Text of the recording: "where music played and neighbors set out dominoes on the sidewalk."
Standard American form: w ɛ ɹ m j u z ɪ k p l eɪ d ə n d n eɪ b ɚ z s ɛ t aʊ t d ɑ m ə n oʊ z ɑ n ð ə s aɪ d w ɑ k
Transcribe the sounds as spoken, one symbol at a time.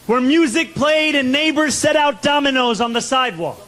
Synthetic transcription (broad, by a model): w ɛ ɹ m j u z ɪ k p l eɪ d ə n n eɪ b ɚ z s ɛ t aʊ t d ɑ m ə n oʊ z n ð ə s aɪ d w ɑ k